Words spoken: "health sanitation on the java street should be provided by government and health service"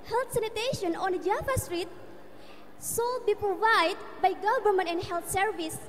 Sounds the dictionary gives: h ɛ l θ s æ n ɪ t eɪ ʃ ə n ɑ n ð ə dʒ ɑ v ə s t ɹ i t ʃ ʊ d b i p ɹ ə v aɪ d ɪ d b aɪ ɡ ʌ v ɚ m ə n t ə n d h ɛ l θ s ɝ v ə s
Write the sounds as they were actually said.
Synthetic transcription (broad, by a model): h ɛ l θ s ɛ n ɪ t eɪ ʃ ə n ɑ n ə dʒ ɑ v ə s t ɹ i t s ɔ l b i p ɹ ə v aɪ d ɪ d b aɪ ɡ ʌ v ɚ m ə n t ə n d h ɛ l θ s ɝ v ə s